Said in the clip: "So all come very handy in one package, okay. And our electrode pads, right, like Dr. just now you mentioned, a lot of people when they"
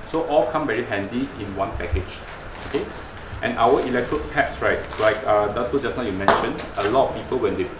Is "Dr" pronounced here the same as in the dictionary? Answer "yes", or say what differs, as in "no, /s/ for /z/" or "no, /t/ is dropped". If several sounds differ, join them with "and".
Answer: no, /k/ is dropped